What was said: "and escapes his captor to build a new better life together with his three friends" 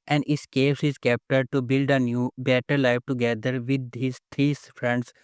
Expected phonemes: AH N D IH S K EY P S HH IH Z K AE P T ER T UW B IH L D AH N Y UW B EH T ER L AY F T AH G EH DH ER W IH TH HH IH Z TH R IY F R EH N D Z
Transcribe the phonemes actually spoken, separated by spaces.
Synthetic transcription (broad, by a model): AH N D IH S K EY S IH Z K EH P T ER T UW B IH L D AH N Y UW B EH T ER L AY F T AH G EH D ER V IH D HH IH Z T R IY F R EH N D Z